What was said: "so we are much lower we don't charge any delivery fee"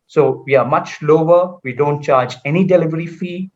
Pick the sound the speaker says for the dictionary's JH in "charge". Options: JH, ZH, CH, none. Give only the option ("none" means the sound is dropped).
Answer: JH